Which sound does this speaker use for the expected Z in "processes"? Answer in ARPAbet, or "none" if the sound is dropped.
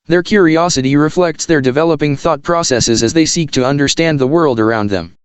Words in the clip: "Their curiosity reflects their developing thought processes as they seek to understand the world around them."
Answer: Z